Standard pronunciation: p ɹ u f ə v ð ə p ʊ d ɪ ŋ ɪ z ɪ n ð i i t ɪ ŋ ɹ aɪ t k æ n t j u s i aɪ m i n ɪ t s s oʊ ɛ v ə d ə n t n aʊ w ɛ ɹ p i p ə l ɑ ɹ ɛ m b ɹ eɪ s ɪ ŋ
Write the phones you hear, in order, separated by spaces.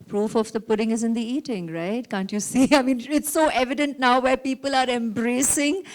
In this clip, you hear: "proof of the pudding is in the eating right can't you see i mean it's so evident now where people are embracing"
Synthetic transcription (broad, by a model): p ɹ u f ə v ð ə p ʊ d ɪ ŋ ɪ z ɪ n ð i i t ɪ ŋ ɹ aɪ t k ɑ n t j u s i aɪ m i n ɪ t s s oʊ ɛ v ə d ə n t n aʊ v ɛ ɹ p i p ə l ɑ ɹ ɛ m b ɹ eɪ s ɪ ŋ